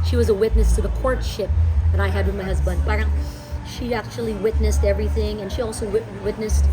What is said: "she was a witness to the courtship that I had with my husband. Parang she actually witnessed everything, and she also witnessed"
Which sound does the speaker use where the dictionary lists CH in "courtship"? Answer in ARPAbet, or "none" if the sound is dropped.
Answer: CH